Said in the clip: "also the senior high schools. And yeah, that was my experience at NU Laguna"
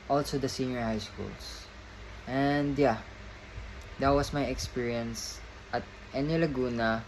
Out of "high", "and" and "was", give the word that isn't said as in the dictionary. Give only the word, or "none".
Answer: was